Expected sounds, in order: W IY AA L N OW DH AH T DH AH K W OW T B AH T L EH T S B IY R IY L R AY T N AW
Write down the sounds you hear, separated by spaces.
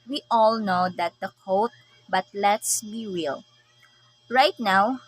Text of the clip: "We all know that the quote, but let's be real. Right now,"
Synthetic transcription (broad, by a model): W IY AA L N OW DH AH T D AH K OW T B AH T L EH T S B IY W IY L R AY T N AW